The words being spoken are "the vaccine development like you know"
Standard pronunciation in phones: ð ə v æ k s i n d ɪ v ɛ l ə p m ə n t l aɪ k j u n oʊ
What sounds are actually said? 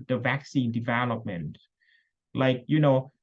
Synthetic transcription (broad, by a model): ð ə v æ k s i n d ɪ v ɛ l ə p m ə n t l aɪ k j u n oʊ